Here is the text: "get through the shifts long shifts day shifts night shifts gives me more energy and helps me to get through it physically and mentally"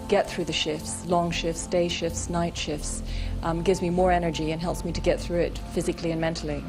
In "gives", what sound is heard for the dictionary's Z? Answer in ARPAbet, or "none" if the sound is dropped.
Z